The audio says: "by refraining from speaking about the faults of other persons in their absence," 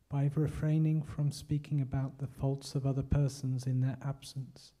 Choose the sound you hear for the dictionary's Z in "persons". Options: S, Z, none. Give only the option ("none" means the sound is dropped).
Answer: Z